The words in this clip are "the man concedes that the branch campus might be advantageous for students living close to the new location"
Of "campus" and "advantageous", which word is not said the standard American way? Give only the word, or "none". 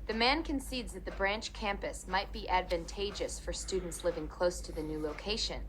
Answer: none